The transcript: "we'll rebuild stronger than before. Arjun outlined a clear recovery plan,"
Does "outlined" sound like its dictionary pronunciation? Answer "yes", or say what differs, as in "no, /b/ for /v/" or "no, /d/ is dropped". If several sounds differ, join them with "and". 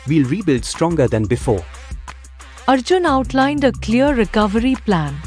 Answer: yes